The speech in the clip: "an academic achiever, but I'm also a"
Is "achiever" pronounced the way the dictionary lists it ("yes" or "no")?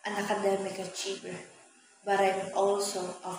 no